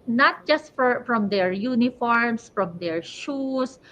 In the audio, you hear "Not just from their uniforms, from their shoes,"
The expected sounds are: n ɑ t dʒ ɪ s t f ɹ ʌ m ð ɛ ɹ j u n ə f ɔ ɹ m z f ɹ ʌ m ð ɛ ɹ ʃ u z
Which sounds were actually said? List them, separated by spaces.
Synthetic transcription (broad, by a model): n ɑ t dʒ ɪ s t f ɹ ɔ m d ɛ ɹ j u n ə f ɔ ɹ m s f ɹ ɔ m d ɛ ɹ ʃ u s